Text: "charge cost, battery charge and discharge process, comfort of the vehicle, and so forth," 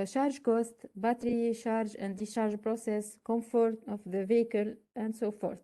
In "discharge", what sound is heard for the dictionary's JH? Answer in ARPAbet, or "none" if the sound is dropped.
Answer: ZH